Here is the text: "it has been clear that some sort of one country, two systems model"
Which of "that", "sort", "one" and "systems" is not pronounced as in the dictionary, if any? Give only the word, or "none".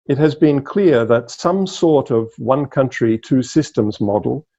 none